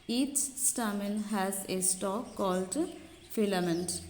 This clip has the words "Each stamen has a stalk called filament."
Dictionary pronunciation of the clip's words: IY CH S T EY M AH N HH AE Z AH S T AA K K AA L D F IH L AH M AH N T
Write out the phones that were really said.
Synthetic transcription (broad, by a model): IY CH S T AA M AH L HH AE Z AH S T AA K K AA L D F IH L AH M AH N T